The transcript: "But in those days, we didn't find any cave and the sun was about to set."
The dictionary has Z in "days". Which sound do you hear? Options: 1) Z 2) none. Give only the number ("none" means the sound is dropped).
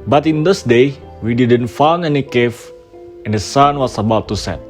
2